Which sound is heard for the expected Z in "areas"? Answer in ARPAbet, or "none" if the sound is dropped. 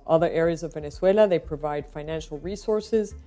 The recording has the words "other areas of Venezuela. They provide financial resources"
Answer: Z